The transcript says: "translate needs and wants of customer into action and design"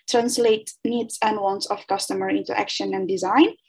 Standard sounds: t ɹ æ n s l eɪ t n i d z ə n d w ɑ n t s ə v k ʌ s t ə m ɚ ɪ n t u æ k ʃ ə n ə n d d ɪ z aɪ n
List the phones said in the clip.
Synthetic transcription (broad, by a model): t ɹ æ n s l eɪ t n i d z ə n d w ɑ n t s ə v k ʌ s t ə m ɚ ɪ n t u æ k ʃ ə n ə n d d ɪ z aɪ n